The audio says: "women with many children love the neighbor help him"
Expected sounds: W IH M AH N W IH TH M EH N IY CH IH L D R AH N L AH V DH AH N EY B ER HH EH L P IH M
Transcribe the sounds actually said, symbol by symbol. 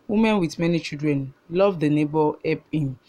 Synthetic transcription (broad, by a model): W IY M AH N W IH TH M EH N IY CH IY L D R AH N L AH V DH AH N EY B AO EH P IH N